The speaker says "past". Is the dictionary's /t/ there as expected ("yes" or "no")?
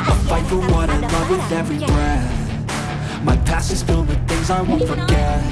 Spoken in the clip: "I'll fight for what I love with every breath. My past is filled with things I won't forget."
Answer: no